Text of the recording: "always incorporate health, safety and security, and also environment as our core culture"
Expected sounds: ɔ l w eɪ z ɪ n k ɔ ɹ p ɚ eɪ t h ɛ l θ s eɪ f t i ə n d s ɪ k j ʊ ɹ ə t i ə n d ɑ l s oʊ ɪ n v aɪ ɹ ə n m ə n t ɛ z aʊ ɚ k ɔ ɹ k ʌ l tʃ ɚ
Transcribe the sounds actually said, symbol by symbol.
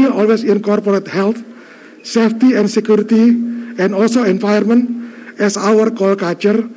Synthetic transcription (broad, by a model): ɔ l w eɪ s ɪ n k ɔ ɹ p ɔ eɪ t h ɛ l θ s eɪ f t i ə n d s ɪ k j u ɹ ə t i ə n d ɑ l s oʊ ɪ n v aɪ ə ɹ m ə n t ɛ s aʊ ɚ k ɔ l k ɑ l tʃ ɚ